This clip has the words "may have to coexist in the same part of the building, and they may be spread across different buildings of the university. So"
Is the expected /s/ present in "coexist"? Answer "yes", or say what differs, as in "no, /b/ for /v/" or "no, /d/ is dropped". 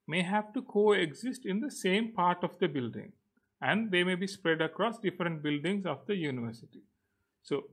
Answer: yes